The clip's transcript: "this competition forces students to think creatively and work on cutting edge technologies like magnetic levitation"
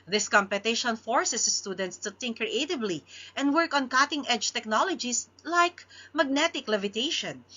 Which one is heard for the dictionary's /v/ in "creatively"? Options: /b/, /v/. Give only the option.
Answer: /b/